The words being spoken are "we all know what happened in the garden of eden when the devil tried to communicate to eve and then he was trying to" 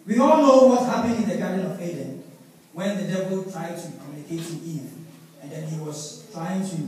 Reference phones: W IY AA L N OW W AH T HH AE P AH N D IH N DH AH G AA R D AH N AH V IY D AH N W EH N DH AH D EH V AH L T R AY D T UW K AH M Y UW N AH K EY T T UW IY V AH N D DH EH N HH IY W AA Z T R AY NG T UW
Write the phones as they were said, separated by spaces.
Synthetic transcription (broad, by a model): W IY AA L N OW W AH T HH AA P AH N IH N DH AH G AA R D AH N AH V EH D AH N W EH N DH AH D EH V AH L T R AY D T UW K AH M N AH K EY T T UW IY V AH N D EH N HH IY W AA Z T R AY NG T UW